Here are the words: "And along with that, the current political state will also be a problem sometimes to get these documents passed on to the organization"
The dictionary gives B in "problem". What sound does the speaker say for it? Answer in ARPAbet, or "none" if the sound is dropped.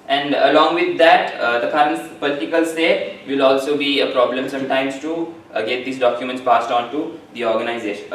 B